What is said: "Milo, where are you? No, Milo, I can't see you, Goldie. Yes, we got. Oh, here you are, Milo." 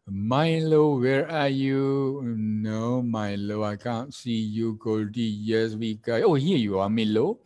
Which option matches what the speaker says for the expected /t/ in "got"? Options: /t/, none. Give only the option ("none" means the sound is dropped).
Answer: none